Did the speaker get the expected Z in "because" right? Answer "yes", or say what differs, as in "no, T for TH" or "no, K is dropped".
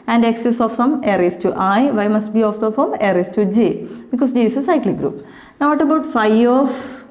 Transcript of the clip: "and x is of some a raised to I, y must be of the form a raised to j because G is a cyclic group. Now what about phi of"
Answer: no, S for Z